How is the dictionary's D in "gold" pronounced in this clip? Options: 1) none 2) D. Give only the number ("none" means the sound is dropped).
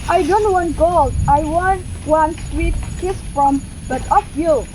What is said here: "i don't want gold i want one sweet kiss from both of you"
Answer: 1